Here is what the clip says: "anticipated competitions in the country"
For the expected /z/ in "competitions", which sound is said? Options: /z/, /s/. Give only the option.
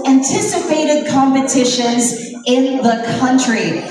/z/